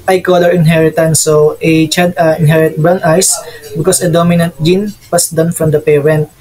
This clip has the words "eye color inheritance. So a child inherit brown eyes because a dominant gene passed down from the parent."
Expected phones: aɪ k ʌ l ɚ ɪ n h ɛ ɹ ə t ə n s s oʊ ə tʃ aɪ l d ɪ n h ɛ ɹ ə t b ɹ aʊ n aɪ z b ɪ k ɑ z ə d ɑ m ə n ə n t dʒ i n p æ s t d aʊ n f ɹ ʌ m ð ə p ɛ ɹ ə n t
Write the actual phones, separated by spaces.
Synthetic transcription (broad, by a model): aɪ k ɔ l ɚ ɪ n h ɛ ɹ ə t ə n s s oʊ ə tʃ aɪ d ɪ n h ɛ ɹ ə t b ɹ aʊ n aɪ s b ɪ k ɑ s ə d ɑ m ə n ə n t dʒ i n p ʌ s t d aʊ n f ɹ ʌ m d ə p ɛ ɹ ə n t